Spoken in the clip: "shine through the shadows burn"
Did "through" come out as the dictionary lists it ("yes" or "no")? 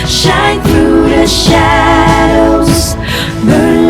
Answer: yes